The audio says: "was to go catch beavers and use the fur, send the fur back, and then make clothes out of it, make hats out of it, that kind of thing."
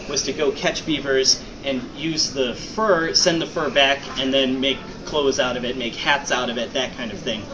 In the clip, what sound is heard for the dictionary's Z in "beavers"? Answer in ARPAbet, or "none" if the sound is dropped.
Z